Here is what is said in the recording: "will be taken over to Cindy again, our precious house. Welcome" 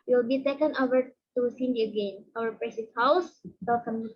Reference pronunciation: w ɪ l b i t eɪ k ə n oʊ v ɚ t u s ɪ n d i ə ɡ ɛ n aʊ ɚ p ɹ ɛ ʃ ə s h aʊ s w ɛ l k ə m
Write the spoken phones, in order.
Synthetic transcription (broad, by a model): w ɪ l b i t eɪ k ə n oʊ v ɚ t u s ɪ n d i ə ɡ ɛ n aʊ ɚ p ɹ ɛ s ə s h aʊ s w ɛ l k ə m